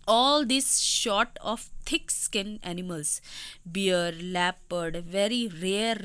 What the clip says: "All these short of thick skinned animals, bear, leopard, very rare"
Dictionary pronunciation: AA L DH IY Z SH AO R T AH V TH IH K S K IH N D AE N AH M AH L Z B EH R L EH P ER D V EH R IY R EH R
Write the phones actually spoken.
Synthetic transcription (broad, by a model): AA L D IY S SH AO T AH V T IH K S K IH N AE N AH M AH L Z B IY R L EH P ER D V EH R IY R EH R